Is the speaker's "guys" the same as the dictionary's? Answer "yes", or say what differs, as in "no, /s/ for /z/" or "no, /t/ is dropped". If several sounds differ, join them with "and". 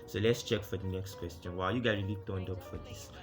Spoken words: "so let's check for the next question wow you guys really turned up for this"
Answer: no, /z/ is dropped